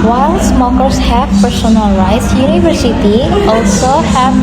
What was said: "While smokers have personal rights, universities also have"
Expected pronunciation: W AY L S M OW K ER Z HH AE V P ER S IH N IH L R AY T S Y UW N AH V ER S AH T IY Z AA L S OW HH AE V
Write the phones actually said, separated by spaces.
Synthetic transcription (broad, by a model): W AY L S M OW K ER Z HH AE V P ER S IH N IH L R AY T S Y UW N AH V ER S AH T IY AA L S OW HH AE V